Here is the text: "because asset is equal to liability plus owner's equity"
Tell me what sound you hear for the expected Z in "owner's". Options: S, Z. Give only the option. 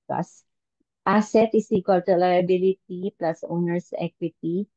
S